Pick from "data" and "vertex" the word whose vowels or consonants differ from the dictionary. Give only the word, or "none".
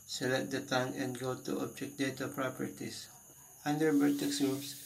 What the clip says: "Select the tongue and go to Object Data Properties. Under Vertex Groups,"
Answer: vertex